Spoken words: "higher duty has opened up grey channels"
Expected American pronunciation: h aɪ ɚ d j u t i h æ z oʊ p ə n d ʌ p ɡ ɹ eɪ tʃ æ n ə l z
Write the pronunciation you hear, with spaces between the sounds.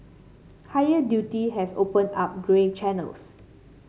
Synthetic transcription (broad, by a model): h aɪ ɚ d j u t i h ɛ s oʊ p ə n ɑ p ɡ ɹ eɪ tʃ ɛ n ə l s